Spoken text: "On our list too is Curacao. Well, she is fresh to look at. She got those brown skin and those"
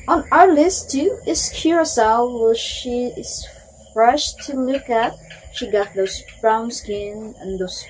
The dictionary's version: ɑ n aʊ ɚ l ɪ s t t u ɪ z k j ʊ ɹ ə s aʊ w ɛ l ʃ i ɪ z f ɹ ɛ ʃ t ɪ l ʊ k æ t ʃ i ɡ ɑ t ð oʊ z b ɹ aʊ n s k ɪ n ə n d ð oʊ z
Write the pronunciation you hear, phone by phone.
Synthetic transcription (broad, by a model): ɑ n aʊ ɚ l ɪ s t t u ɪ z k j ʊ ɹ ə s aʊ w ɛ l ʃ i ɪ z f ɹ ɛ ʃ t ɪ l ʊ k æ t ʃ i ɡ ɑ t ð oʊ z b ɹ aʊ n s k ɪ n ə n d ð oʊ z